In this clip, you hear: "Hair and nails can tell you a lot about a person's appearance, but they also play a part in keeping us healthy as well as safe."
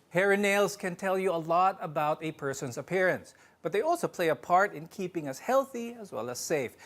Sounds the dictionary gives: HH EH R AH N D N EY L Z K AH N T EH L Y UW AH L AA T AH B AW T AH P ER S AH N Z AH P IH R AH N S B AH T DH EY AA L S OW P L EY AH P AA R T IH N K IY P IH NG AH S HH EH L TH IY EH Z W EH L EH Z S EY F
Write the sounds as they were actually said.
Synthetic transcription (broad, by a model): HH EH R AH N N EY L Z K AH N T EH L Y UW AH L AA T AH B AW T AH P ER S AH N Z AH P IH R AH N S B AH T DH EY AA L S OW P L EY AH P AA R T IH N K IY P IH NG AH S HH EH L TH IY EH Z W EH L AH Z S EY F